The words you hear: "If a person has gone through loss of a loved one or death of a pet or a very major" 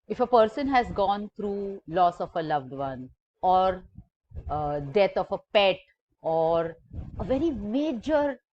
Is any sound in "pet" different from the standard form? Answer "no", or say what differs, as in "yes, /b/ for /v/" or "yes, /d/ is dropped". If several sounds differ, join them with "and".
no